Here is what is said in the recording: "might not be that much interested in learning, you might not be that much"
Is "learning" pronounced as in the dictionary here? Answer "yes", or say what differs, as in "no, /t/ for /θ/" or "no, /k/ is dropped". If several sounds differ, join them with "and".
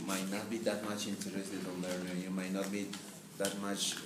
no, /n/ is dropped